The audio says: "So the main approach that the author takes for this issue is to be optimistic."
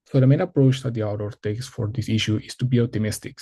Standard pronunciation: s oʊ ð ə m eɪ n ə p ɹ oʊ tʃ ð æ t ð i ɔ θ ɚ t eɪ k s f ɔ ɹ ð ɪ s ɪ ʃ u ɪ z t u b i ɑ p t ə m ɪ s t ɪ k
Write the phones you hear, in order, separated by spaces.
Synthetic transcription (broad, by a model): s oʊ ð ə m eɪ n ə p ɹ oʊ tʃ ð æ t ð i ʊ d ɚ t eɪ k s f ɔ ɹ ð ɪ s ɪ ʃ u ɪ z t u b i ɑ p t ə m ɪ s t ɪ k